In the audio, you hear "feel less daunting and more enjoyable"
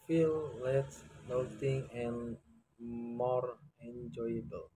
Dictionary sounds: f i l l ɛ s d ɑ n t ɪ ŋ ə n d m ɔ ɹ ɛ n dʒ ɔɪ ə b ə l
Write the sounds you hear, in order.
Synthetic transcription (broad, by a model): f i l l ɛ s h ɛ l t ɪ ŋ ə n m ɔ ɹ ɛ n dʒ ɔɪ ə b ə l